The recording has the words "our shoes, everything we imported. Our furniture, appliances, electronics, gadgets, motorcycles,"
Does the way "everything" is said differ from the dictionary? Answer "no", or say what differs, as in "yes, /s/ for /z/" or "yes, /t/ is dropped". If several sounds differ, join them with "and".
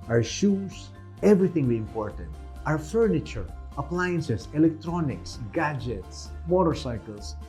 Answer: yes, /t/ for /θ/